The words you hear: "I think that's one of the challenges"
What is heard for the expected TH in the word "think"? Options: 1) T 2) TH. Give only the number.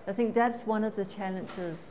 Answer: 2